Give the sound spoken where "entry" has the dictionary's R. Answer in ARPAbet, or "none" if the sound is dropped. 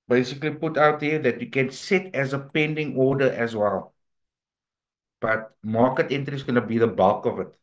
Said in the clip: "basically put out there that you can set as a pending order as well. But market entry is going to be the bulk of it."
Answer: none